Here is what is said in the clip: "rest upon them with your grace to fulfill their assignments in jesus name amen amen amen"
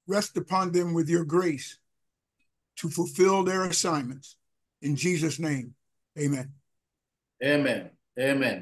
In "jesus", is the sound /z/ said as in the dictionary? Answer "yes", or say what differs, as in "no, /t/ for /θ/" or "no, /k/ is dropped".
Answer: yes